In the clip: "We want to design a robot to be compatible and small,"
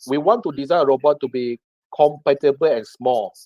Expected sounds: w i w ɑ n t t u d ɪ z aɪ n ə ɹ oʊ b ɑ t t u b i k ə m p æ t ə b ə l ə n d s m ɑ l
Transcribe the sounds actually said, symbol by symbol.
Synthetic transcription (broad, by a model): w i w ɑ n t t u d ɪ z aɪ ə ɹ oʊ b ɑ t t u b i k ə m p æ t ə b ə l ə n s m ɑ l